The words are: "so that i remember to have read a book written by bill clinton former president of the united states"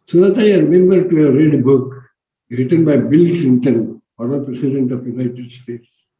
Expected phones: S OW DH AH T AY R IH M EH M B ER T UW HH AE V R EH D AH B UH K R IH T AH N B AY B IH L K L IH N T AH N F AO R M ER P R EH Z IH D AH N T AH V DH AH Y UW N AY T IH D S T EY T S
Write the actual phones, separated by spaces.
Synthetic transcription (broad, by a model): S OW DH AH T AY R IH M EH M B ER T UW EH R EH D B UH K R IH T AH N B AY B IH L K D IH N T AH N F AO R ER P R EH S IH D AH N T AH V Y UW N AY T IH D S T EY T S